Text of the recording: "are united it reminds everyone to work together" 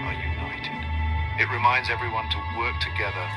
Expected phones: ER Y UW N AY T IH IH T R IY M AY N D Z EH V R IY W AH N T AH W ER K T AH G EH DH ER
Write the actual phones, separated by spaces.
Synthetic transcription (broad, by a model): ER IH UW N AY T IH IH T R IY M AY N D Z EH V R IY W AH N T AH W ER K T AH G EH DH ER